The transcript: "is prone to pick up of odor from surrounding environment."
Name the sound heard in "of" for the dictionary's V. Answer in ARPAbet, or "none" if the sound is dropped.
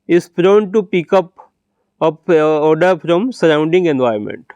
P